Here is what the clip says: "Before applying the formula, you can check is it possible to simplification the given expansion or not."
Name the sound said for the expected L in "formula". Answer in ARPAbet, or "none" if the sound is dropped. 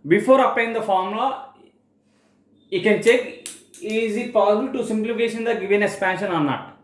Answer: none